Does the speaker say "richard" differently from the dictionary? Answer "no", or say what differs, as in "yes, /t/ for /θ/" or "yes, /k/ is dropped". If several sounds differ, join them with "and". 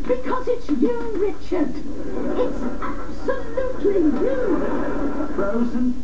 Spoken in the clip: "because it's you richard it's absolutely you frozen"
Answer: no